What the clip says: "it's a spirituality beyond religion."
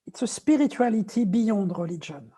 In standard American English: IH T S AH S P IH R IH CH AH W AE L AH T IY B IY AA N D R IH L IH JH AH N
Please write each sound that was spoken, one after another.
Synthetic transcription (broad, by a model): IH T S AH S P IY R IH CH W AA L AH T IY B IY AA D R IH L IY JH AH N